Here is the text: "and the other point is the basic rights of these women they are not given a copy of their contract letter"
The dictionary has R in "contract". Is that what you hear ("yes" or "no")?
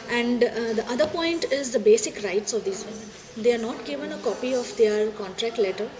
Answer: yes